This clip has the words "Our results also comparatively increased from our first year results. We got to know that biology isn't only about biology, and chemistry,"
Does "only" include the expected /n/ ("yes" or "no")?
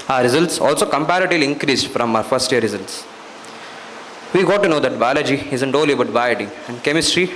no